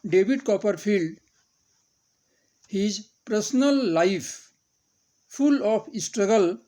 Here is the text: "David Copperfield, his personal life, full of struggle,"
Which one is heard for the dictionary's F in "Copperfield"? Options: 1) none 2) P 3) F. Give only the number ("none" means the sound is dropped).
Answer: 2